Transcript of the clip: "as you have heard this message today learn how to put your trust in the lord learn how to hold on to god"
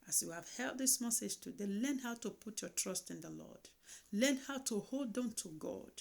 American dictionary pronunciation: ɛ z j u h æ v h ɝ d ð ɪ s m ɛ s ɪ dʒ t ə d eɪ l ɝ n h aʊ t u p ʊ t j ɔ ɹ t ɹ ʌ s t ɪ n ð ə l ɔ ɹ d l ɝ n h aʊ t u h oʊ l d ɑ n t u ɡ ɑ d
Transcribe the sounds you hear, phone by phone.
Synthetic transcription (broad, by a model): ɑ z j u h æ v h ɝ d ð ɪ s m ɛ s ɪ dʒ t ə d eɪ l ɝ n h aʊ t u p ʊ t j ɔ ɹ t ɹ ʌ s t ɪ n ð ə l ɔ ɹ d l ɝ n h aʊ t u h oʊ l d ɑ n t u ɡ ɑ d